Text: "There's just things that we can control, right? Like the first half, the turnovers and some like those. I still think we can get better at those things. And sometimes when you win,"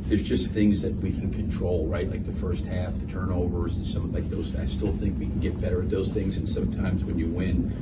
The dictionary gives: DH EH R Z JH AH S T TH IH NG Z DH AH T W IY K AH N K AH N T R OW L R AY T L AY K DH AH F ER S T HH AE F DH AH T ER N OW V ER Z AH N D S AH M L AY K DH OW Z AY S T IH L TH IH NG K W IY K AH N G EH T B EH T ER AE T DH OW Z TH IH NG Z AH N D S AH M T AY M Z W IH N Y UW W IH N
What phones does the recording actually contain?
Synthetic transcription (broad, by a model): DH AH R Z JH AH S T TH IH NG Z DH AH T W IY K N K AH N T R OW L R AY T L AY K DH AH F ER S T HH AE F DH AH T ER N OW V ER Z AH N S AH M L AY K DH OW Z AY S T IH L TH IH NG K W IY K N G EH T B EH T ER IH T DH OW Z TH IH NG Z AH N S AH M T AY M Z W IH N Y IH W IH N